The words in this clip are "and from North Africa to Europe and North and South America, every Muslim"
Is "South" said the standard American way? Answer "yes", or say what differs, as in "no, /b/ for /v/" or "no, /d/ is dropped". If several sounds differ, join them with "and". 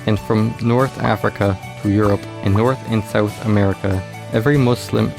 yes